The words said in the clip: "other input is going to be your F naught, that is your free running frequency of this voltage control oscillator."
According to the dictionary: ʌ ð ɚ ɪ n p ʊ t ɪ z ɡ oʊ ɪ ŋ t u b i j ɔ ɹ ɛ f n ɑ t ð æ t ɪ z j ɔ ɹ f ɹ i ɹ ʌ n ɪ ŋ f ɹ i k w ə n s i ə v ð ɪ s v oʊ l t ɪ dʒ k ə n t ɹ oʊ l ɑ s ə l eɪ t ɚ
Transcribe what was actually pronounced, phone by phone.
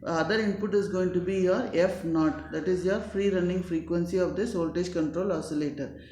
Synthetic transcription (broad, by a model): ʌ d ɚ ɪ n p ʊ t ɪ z ɡ oʊ ɪ ŋ t u b i j ɔ ɹ ɛ f n ɑ t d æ t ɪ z j ɔ ɹ f ɹ i ɹ ʌ n ɪ ŋ f ɹ i k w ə n s i ə v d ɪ s oʊ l t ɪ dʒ k ə n t ɹ oʊ l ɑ s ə l eɪ t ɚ